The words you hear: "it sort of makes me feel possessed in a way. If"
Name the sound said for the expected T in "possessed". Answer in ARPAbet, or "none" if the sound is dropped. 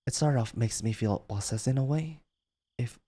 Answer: none